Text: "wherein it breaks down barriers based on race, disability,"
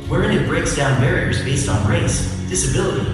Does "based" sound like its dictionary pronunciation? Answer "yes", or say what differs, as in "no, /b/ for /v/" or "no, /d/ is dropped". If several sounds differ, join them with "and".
yes